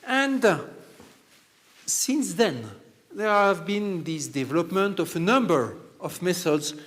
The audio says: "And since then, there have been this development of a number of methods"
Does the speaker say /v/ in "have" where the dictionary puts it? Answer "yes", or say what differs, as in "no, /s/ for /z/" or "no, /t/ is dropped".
yes